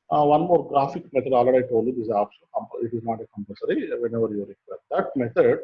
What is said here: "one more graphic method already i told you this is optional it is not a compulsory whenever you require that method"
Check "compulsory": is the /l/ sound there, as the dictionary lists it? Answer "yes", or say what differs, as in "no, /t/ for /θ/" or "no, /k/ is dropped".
no, /l/ is dropped